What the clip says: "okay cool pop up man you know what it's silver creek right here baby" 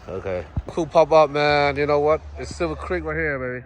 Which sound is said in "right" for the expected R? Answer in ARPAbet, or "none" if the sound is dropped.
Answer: L